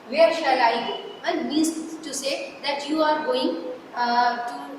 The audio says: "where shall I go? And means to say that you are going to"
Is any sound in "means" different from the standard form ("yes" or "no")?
yes